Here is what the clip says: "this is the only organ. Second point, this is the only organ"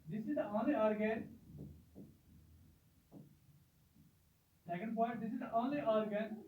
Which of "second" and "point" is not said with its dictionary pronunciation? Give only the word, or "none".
point